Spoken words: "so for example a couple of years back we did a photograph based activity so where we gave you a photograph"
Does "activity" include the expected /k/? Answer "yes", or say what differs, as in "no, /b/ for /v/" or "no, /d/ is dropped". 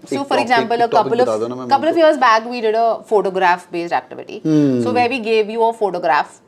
yes